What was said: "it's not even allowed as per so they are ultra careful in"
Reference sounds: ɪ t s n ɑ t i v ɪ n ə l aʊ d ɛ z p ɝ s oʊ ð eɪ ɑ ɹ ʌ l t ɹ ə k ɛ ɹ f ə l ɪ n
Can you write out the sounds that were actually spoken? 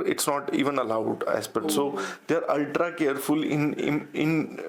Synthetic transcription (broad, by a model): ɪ t s n ɑ t i v ɪ n ə l aʊ d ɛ s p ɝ s oʊ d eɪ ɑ ɹ ʌ l t ɹ ə k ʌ ɹ f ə l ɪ n